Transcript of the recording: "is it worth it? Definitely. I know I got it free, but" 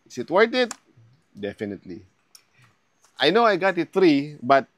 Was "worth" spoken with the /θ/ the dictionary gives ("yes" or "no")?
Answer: no